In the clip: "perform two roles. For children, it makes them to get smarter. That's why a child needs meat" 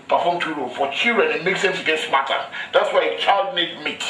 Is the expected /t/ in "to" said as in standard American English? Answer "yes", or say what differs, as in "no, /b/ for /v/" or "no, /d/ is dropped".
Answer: no, /s/ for /t/